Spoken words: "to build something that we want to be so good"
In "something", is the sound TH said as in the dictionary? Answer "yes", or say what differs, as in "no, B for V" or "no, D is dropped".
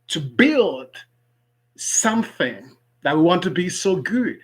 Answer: yes